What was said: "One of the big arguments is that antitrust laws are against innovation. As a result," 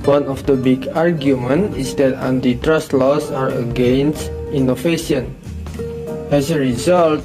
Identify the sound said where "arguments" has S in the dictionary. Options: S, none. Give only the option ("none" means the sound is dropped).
none